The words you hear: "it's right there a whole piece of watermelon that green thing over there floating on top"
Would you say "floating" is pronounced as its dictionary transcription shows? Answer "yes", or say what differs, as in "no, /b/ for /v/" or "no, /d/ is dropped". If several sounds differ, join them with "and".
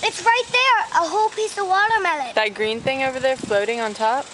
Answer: yes